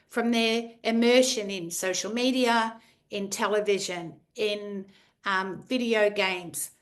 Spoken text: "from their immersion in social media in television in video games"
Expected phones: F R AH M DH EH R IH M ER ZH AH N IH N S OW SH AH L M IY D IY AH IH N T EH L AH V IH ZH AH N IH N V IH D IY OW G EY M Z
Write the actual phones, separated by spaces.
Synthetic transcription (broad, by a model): F R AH M DH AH R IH M ER SH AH N IH N S OW SH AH L M IY D IY AH IH N T EH L AH V IH ZH AH N IH N V IH D IY OW G EY M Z